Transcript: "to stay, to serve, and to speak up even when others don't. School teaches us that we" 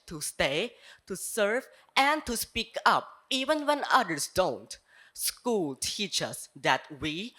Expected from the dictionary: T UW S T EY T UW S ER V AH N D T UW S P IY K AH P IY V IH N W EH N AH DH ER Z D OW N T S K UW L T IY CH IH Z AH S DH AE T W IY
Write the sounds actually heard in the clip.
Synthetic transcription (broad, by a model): T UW S T EY T UW S ER V AH N D T UW S P IY K AH P IY V IH N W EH N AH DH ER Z D OW N T S K UW L T IY CH AH S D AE T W IY